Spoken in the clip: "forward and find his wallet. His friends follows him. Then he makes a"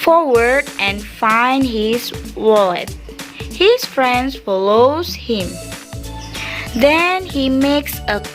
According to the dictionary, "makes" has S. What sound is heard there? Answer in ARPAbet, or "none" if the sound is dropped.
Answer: S